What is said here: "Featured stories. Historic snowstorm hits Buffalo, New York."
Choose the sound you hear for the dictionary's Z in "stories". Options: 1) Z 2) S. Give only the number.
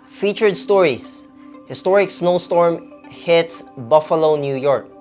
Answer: 2